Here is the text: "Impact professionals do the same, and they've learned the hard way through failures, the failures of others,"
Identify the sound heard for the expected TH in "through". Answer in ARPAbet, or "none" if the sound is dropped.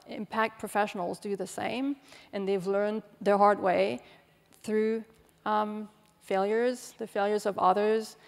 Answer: TH